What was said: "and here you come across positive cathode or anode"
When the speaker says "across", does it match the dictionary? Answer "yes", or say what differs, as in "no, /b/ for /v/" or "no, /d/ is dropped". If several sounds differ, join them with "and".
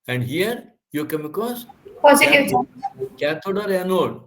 no, /ɹ/ is dropped